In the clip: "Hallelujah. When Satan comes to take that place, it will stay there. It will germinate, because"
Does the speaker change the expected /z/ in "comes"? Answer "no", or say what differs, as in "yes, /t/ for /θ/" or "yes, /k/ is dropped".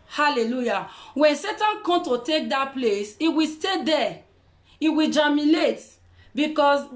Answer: yes, /z/ is dropped